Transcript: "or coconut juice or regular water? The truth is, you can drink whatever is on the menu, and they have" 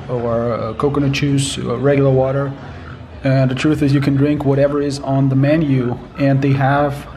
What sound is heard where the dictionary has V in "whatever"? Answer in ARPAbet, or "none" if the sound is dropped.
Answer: V